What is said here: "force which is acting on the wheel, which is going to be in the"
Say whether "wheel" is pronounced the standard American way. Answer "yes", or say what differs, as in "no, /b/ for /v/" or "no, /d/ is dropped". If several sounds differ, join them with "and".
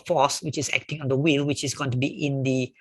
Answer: yes